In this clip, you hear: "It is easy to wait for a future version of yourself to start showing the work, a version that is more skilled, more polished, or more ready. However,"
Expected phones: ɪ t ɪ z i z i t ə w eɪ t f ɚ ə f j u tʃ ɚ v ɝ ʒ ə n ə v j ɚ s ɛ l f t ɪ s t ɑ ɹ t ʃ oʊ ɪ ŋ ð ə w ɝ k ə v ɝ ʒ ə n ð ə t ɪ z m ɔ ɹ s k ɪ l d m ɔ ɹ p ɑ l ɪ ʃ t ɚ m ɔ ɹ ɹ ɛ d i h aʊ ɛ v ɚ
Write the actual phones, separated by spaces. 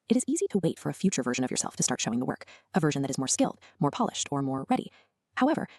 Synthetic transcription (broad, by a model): ɪ t ɪ z i z i t ə w eɪ t f ɚ ə f j u tʃ ɚ v ɝ ʒ ə n ə v j ɚ s ɛ l f t ɪ s t ɑ ɹ t ʃ oʊ ɪ ŋ ð ə w ɝ k ə v ɝ ʒ n ð ə t ɪ z m ɔ ɹ s k ɪ l d m ɔ ɹ p ɑ l ɪ ʃ t ɚ m ɔ ɹ ɹ ɛ d i h aʊ ɛ v ɚ